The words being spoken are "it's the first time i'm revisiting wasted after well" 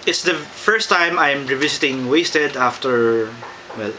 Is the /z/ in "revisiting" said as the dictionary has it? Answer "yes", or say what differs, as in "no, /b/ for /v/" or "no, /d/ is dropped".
no, /s/ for /z/